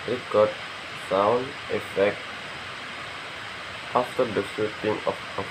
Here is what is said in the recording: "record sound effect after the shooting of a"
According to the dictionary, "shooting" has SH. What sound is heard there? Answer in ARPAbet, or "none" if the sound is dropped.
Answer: S